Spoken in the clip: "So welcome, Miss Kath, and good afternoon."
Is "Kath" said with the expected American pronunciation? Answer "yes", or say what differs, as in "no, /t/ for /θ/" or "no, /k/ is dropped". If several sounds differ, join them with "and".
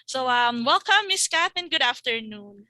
no, /t/ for /θ/